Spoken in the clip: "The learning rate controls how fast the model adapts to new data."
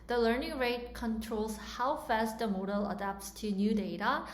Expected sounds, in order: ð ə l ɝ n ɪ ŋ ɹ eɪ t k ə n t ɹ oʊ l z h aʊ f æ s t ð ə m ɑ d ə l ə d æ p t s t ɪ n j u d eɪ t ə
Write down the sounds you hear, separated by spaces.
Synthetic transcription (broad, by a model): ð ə l ɝ n ɪ ŋ ɹ eɪ t k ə n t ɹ oʊ l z h aʊ f æ s t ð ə m ɑ d ə l ə d æ p t s t ɪ n j u d eɪ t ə